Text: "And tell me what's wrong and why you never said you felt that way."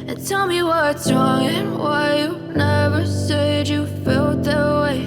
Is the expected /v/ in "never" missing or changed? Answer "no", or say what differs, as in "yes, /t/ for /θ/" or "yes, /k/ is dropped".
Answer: no